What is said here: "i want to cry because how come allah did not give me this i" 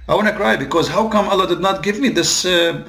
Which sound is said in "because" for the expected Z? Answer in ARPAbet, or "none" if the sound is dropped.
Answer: Z